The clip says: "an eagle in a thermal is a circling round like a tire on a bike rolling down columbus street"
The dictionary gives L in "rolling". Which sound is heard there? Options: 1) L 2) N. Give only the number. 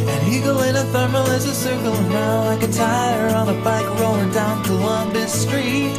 2